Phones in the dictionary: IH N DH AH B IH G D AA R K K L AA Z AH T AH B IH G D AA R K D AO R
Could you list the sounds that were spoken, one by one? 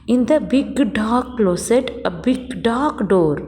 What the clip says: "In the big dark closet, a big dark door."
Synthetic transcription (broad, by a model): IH N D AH B IH G D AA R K K L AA S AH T AH B IH G D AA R K D AO R